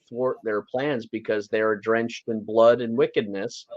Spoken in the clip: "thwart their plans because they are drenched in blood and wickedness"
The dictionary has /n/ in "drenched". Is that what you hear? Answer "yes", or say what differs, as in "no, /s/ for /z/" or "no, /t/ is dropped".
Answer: yes